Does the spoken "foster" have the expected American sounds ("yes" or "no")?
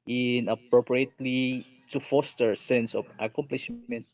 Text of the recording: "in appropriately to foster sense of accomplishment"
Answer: yes